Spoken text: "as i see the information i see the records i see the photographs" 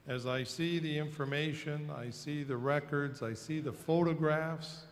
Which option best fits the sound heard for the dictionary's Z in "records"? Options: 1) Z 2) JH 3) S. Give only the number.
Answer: 1